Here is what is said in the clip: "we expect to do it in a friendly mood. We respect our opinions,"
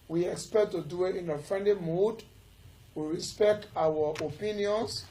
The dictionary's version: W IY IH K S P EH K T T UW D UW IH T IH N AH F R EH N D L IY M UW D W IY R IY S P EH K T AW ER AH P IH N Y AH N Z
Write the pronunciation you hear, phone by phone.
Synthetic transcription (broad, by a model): W IY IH K S P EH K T T UW D UW IH T IH N AH F R EH N D L IY M UW D W IY R IY S P EH K T AW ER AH P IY N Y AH N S